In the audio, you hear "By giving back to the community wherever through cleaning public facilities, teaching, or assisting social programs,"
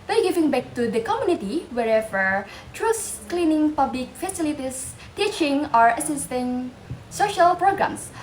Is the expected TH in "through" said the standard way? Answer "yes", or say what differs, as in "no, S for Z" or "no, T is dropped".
no, T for TH